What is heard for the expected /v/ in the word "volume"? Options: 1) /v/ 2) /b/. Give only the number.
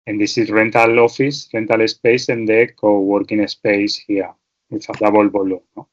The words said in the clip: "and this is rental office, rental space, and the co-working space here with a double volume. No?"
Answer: 2